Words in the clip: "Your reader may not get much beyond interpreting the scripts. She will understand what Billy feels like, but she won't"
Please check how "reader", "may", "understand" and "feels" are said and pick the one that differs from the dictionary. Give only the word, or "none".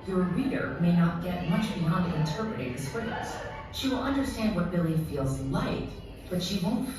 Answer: none